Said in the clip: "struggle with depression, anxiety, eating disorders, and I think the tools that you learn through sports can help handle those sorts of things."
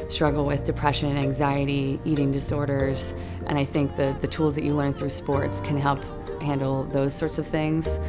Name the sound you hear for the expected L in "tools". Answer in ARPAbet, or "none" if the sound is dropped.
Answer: L